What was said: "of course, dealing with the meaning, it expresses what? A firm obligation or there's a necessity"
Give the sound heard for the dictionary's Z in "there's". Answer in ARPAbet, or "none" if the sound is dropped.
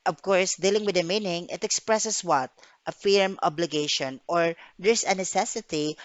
S